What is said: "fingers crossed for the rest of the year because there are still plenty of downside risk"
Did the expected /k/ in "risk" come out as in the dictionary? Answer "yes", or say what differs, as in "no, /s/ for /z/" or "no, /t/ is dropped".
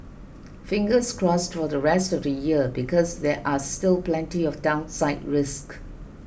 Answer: yes